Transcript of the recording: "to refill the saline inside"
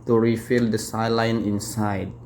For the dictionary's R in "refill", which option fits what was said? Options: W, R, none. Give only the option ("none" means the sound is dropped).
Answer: R